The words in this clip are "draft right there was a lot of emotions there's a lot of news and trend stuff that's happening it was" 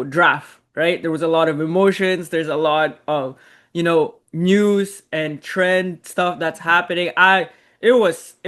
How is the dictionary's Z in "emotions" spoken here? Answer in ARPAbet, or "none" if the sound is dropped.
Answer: Z